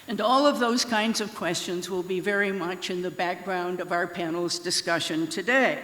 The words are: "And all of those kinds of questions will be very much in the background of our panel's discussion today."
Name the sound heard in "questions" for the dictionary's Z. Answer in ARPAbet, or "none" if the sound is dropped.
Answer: Z